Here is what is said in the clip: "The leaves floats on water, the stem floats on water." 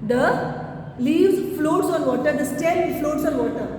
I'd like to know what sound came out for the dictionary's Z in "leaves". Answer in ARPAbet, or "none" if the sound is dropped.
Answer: none